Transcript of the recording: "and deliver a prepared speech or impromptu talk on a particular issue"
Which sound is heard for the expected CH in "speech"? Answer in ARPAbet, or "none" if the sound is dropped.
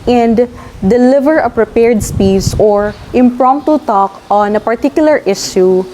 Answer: S